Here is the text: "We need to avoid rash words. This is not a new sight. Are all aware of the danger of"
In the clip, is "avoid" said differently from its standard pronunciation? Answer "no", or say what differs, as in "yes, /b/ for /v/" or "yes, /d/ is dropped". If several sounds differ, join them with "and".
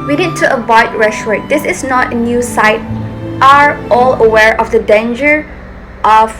yes, /b/ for /v/